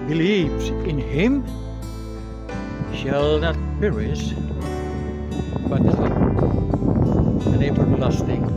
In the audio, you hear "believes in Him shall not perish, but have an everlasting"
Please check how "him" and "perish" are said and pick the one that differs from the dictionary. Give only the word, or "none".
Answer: perish